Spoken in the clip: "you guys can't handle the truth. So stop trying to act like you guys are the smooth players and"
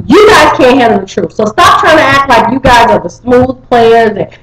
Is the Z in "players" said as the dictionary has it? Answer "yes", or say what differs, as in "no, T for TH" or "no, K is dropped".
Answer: yes